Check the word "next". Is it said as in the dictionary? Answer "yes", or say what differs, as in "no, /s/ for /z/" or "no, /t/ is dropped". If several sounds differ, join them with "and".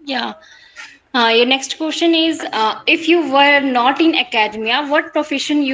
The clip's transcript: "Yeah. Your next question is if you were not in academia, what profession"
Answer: yes